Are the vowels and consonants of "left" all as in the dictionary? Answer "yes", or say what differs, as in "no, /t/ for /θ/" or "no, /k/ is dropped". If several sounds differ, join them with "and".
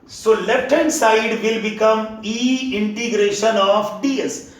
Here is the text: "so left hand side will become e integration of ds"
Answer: no, /f/ is dropped